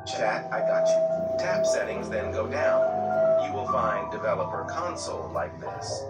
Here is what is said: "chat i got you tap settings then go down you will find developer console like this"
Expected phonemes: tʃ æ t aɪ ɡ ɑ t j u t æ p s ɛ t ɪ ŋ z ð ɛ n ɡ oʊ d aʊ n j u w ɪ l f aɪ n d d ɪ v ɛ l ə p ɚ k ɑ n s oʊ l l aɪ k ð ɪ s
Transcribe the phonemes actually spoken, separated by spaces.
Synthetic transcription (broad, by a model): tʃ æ t aɪ ɡ ɑ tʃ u t æ p s ɛ t ɪ ŋ z ð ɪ n ɡ oʊ d aʊ n j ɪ w ɪ l f aɪ n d d ɪ v ɛ l ə p ɚ k ɑ n s l l aɪ k ð ɪ s